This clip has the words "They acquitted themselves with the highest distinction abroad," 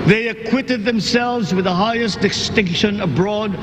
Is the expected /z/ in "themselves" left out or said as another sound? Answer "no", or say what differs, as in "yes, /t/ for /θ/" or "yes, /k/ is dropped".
no